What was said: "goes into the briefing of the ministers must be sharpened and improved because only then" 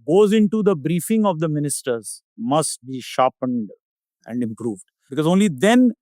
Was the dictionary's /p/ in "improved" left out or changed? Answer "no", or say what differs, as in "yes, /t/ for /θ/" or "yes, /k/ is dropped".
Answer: no